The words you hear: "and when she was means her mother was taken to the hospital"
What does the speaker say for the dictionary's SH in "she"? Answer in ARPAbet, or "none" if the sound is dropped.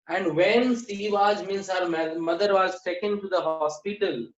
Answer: S